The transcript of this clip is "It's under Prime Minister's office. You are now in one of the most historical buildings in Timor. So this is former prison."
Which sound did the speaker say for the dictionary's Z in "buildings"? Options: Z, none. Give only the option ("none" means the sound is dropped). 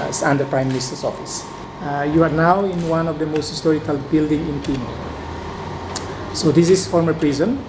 none